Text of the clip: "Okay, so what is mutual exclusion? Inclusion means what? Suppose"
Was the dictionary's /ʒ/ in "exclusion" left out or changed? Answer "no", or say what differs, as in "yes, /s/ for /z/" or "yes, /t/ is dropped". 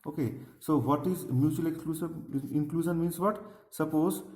yes, /s/ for /ʒ/